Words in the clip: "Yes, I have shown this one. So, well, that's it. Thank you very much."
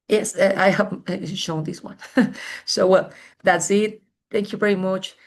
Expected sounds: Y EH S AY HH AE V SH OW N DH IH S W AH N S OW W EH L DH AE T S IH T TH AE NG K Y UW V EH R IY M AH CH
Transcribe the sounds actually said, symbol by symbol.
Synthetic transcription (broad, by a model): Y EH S AY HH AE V SH OW N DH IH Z W AH N S OW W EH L DH AE T S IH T TH AE NG K Y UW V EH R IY M AH CH